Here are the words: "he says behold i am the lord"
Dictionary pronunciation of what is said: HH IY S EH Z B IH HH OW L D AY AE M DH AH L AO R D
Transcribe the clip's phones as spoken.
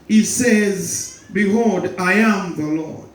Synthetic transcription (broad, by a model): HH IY S EH Z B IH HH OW D AY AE M DH AH L AO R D